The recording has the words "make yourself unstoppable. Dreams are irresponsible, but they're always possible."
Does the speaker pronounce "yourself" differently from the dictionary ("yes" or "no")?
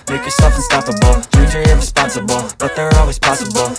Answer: yes